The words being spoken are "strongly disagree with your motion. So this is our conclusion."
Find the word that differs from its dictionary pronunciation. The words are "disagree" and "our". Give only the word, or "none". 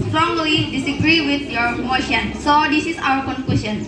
none